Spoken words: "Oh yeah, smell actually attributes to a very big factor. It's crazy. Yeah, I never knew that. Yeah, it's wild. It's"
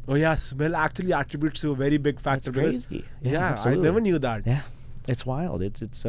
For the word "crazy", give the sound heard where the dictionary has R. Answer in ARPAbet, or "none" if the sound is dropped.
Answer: none